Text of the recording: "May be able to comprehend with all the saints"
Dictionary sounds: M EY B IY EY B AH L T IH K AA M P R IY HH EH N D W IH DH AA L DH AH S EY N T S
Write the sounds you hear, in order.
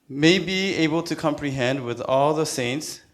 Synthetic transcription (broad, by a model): M EY B IY EY B AH L T IH K AA M P R IY HH EH N D W IH DH AA L DH AH S EY N T S